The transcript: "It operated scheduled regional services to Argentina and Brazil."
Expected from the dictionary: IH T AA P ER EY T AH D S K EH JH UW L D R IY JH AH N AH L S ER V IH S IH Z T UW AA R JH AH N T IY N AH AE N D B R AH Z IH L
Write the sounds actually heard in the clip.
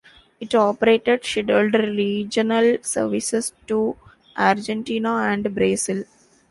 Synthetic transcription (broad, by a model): IH T AA P ER EY T AH D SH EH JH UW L D R IY JH AH N AH L S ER V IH S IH S T UW AA R JH AH N T IY N AH AE N D B R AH S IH L